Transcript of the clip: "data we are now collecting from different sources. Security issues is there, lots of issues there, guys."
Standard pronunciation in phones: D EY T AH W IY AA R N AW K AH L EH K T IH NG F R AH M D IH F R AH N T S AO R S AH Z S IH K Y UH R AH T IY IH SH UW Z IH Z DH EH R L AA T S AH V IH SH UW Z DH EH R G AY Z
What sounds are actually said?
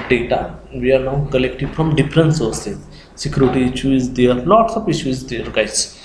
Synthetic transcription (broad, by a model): D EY T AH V IY AA R N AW K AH L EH K T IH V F R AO M D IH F R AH N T S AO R S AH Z S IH K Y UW R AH T IY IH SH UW IH Z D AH R N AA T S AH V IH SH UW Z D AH R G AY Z